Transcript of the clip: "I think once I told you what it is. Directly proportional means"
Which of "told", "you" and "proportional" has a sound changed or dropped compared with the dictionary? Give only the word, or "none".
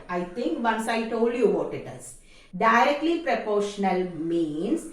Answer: none